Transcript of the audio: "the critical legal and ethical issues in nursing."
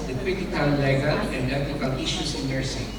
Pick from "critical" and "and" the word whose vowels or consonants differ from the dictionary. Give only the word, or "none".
critical